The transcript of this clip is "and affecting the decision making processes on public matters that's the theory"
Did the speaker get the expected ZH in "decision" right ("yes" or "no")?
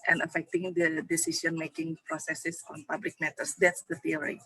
no